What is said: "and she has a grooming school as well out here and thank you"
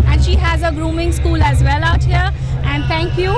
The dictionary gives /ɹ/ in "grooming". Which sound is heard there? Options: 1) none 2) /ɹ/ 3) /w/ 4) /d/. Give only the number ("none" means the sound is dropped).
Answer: 2